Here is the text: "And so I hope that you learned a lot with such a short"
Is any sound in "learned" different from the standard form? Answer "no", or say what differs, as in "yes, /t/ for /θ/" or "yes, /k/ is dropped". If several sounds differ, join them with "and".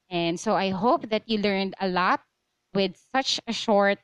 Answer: no